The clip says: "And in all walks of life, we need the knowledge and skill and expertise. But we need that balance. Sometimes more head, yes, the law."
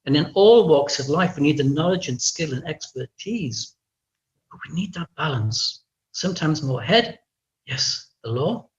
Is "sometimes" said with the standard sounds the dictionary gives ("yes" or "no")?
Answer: yes